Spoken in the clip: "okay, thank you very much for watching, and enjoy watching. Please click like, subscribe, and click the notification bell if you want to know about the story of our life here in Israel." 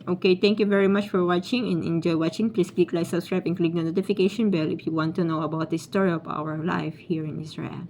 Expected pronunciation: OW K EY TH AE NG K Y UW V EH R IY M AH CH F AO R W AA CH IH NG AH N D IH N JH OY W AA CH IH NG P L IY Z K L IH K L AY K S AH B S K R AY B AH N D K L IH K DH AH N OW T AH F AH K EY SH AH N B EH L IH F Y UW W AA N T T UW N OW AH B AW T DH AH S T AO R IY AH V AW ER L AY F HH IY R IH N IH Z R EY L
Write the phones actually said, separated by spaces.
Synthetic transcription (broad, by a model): OW K EY T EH NG K Y UW V EH R IY M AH CH F AO R W AA CH IH NG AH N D IH N JH OY W AA CH IH NG P L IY S K L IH K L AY S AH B S K R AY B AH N K L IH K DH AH N OW T AH F AH K EY SH AH N B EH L IH F Y UW W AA N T T UW N OW AH B AW T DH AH S T AO R IY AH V AW ER L AY F HH IY R IH N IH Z R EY L